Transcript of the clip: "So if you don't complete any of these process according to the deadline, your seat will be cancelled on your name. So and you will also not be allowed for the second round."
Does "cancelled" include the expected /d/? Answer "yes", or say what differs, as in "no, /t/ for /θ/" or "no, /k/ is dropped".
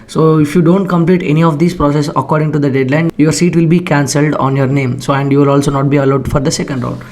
yes